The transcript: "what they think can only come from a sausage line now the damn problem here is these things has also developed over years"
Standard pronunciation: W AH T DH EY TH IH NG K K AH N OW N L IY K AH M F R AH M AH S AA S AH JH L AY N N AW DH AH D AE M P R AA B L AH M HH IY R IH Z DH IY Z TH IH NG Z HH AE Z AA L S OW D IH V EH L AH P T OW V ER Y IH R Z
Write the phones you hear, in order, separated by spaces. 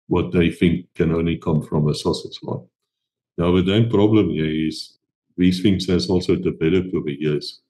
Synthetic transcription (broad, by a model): W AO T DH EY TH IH NG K K AH N OW N L IY K AH M F R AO M AH S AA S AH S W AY L N AW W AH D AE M P R AA B L AH M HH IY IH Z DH IY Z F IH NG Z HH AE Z AA L S OW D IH B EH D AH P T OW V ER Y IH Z